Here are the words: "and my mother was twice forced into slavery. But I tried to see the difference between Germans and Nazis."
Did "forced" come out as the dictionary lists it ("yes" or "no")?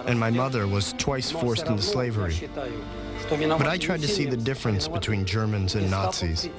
yes